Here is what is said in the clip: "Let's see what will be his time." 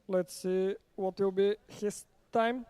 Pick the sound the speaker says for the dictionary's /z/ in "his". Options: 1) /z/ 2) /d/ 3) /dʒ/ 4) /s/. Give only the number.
4